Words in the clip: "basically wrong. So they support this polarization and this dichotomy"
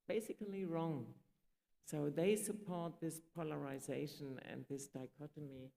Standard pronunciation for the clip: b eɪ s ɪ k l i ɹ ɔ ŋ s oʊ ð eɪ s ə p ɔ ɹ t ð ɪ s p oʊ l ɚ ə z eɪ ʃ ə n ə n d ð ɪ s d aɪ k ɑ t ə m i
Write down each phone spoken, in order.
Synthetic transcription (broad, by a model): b eɪ s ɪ k l i ɹ ɔ ŋ s oʊ ð eɪ s ə p ɔ ɹ t ð ɪ s p oʊ l ɚ ə z eɪ ʃ ə n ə n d ð ɪ s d aɪ k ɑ t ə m i